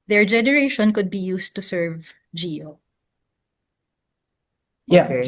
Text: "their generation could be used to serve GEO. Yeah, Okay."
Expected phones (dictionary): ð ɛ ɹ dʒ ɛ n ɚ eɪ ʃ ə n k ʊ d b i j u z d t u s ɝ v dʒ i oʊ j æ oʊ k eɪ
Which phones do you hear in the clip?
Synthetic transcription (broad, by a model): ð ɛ ɹ dʒ ɛ n ɚ eɪ ʃ ə n k ʊ d b i j u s t u s ɝ v dʒ i oʊ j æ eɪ